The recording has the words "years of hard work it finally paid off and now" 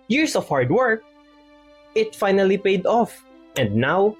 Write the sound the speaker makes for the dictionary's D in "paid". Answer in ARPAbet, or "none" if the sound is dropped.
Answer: D